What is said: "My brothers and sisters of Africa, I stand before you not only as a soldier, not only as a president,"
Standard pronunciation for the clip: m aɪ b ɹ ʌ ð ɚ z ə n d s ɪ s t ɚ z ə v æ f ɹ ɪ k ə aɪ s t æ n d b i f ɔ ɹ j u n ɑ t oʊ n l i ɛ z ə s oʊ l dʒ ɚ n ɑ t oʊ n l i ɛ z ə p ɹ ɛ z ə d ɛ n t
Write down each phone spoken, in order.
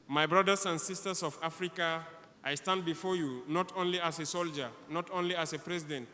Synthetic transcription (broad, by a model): m aɪ b ɹ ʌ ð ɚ s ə n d s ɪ s t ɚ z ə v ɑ f ɹ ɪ k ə aɪ s t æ n d b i f ɔ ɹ j u n ɑ t oʊ n l i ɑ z ə s oʊ l dʒ ɚ n ɑ t oʊ n l i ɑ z ə p ɹ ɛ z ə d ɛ n t